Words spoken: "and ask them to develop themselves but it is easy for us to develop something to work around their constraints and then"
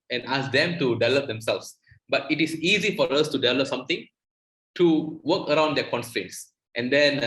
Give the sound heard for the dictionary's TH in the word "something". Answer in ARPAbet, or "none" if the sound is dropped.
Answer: T